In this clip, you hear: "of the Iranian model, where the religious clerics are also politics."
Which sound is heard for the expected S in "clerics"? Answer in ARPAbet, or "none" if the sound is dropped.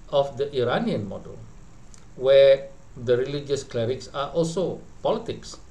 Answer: S